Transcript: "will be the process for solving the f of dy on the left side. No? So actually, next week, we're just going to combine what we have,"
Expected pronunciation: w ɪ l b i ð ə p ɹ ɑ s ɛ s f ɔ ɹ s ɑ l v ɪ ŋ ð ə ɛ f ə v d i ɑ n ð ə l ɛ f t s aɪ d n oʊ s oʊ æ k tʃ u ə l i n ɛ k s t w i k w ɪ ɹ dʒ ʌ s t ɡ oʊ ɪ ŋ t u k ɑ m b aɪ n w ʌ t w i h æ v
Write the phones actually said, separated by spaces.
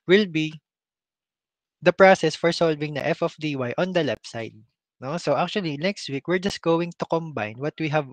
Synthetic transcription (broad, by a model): w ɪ l b i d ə p ɹ ɑ s ɛ s f ɔ ɹ s ɑ l v ɪ ŋ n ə ɛ f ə f d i ɑ n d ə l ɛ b s aɪ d n oʊ s oʊ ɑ k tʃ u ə l i n ɛ k s t w i k w ɪ ɹ dʒ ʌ s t ɡ oʊ ɪ ŋ t u k ɑ m b aɪ n w ʌ t w i h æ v